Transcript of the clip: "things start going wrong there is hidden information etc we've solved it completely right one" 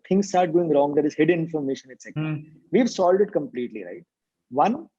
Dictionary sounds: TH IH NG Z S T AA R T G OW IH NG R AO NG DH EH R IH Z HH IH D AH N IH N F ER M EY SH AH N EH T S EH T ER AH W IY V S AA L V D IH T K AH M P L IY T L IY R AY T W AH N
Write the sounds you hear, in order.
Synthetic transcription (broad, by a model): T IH NG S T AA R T G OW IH NG R AO NG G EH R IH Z HH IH D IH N F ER M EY SH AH N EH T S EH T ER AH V IY V S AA L D IH T K AH M P L IY T L IY R AY T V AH N